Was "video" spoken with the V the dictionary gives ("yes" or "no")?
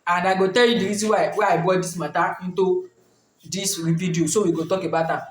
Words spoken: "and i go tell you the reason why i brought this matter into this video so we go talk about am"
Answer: no